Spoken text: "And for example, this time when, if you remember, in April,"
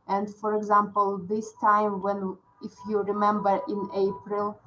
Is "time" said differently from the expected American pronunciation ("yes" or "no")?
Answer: no